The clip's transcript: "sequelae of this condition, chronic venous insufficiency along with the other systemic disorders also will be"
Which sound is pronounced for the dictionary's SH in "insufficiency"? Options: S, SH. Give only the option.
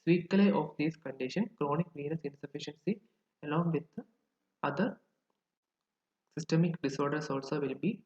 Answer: SH